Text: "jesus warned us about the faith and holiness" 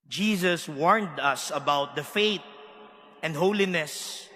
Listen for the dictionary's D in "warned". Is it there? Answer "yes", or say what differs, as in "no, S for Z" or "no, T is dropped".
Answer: yes